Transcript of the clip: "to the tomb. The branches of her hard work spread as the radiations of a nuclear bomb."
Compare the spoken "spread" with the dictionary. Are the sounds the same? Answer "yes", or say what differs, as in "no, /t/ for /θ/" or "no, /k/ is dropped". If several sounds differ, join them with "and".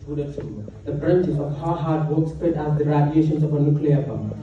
no, /ɹ/ is dropped